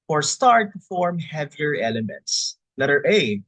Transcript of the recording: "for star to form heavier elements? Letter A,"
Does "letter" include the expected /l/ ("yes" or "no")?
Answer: no